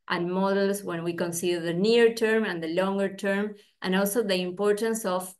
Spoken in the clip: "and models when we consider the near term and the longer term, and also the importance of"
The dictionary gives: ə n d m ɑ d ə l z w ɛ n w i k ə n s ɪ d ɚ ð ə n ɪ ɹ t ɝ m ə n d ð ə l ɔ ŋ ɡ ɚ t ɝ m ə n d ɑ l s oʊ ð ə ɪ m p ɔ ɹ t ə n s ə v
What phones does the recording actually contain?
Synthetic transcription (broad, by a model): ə n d m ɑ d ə l s w ɛ n w i k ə n s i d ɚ ð ə n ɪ ɹ t ɝ m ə n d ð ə l ɔ ŋ ɡ ɚ t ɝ m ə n ɑ l s oʊ ð ə ɪ m p ɔ ɹ t ə n s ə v